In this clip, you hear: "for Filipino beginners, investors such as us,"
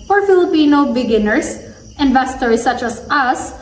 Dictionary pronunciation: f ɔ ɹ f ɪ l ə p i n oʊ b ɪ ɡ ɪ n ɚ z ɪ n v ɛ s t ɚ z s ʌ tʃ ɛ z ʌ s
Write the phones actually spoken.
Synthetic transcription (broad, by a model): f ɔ ɹ f ɪ l ə p i n oʊ b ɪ ɡ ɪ n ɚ s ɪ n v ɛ s t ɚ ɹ s ʌ tʃ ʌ s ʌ s